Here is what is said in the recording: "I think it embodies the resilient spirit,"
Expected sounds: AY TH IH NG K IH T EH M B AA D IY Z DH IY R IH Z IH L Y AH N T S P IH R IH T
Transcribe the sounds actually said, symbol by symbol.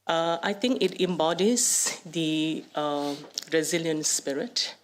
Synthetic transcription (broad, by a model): AY T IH NG K IH T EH M B AA D IY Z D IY R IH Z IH L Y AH N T S P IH R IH T